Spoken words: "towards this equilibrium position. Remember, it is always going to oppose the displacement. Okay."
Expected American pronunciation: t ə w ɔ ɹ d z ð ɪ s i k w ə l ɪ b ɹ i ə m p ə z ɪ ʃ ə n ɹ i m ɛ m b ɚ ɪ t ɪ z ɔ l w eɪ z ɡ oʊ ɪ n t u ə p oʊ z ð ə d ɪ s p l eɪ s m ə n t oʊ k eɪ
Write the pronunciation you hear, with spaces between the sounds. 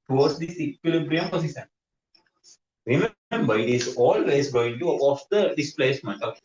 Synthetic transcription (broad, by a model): t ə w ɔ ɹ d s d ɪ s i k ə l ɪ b ɹ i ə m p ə s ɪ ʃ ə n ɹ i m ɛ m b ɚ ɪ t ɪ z ɔ l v eɪ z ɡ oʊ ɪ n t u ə oʊ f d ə d ɪ s p l eɪ s m ə n t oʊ